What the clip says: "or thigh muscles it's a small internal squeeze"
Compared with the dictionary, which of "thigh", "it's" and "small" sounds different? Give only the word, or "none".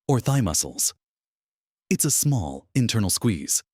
none